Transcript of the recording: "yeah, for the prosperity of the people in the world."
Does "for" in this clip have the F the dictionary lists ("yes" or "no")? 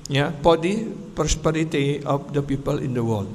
no